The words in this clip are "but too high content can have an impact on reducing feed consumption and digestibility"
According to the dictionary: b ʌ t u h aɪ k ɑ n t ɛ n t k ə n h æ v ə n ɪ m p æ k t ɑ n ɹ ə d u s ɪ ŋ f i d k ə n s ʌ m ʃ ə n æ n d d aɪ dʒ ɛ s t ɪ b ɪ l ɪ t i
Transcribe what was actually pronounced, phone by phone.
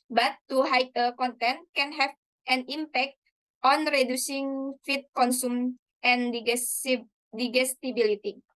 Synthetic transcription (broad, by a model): b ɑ t u h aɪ k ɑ n t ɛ n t k ə n h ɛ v ə n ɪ m p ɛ k t ɑ n ɹ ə d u s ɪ ŋ f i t k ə n s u m ə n n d d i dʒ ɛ s t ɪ b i l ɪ t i